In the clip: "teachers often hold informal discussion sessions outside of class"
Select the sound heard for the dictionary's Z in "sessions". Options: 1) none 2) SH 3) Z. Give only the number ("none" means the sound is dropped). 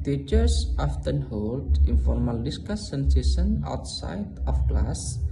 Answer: 1